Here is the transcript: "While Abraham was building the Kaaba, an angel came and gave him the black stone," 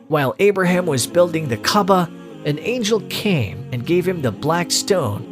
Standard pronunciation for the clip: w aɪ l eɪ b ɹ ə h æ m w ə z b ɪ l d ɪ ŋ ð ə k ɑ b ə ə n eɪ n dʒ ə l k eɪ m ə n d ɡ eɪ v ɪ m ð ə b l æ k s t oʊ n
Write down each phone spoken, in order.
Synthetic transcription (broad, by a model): w aɪ l eɪ b ɹ ə h æ m w ə z b ɪ l d ɪ ŋ ð ə k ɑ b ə ə n eɪ n dʒ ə l k eɪ m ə n ɡ eɪ v ɪ m ð ə b l æ k s t oʊ n